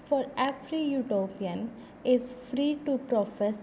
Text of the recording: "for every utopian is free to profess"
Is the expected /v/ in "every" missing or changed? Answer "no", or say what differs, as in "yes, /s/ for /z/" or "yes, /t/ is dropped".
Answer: yes, /f/ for /v/